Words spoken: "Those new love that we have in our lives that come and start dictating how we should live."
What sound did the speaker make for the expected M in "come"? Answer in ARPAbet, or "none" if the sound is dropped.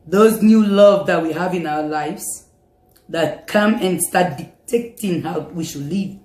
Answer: M